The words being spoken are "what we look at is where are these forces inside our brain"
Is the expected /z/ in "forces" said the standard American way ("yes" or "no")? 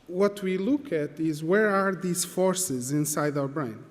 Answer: yes